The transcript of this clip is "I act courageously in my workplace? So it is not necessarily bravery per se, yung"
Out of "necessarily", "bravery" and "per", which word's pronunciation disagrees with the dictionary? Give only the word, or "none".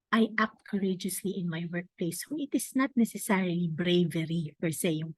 per